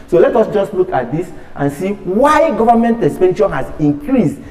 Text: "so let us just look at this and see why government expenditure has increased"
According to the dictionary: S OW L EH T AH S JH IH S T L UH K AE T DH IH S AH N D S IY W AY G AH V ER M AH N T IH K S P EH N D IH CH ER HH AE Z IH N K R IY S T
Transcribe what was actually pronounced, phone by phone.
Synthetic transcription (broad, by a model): S OW L EH T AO S JH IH S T L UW K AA T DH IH S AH N S IY W AY G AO V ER M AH N T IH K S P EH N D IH SH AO HH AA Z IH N K R IY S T